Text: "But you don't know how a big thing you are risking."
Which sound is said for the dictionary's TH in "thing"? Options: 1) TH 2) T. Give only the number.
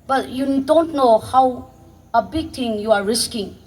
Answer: 2